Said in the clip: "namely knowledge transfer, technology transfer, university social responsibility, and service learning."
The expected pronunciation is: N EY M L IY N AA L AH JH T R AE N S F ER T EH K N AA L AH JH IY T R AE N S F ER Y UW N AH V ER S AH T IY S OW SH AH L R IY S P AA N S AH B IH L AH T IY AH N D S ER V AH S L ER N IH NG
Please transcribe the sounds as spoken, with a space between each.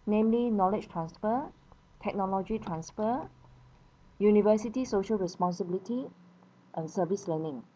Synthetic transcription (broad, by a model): N EY M L IY N AA L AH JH T R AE N S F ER T EH K N AA L AH JH IY T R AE N S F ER Y UW N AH V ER S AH T IY S OW SH AH L R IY S P AA N S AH B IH L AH T IY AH N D S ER V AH S L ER N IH NG